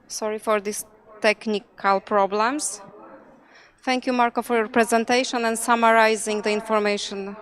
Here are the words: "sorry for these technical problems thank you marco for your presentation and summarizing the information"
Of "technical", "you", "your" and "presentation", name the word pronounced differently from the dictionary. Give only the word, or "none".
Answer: none